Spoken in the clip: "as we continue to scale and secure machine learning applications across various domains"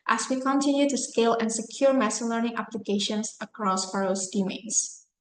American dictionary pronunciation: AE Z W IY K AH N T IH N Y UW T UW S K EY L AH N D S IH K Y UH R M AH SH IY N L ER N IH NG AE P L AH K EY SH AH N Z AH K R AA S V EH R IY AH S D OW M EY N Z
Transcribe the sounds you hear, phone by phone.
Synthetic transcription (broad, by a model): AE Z W IY K AH N T IH N Y UW T UW S K EY L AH N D S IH K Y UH R M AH S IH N L ER N IH NG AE P L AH K EY SH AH N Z AH K R AA S F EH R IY S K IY M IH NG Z